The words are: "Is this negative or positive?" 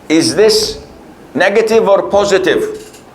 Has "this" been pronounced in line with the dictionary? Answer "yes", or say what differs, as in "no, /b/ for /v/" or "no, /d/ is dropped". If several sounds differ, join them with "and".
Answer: yes